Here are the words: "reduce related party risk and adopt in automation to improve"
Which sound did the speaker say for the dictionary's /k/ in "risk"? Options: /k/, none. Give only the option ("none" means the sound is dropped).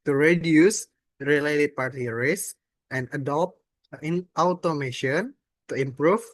none